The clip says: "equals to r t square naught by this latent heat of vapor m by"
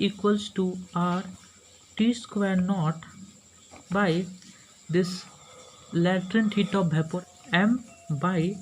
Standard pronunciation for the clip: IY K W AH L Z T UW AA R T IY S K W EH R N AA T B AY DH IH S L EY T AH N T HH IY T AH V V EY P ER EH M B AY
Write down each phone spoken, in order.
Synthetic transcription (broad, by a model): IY K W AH L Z T UW AA R T IY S K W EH R N AA T B AY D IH S L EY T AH N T HH IY T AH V B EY P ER EH M B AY